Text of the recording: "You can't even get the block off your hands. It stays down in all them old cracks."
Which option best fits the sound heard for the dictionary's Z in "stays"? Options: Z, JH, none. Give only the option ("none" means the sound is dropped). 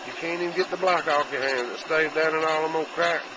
none